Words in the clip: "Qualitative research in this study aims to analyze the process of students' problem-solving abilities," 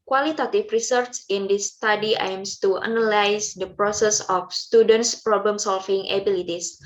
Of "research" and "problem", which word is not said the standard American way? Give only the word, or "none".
research